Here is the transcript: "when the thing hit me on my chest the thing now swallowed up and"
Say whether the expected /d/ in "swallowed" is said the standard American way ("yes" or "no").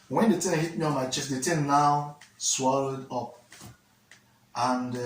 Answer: yes